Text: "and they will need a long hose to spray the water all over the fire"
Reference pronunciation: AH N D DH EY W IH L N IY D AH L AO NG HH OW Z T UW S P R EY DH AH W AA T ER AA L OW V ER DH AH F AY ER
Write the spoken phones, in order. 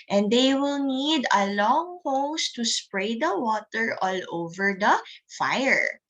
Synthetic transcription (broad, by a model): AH N D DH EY W IH L N IY D AH L AO NG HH OW S T UW S P R EY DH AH W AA T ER AA L OW V ER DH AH F AY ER